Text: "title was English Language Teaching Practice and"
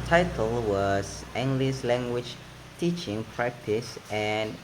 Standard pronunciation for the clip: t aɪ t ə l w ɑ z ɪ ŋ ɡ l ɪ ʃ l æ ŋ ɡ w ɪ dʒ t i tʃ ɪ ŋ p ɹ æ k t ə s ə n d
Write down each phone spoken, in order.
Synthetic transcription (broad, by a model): t aɪ t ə l w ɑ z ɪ ŋ ɡ l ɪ s l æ ŋ ɡ w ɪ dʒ t i tʃ ɪ ŋ p ɹ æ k t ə s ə n